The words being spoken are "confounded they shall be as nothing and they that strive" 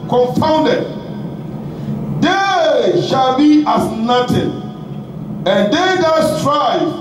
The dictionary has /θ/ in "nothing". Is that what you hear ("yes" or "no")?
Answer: no